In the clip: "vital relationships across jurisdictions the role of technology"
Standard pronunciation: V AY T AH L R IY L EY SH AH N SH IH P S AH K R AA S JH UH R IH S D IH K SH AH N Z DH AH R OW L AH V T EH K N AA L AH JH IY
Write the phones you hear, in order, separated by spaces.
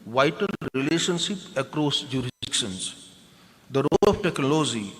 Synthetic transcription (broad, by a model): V AY T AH L R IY L EY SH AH N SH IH P AH K R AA S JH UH R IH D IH K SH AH N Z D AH R OW L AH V T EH K N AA L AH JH IY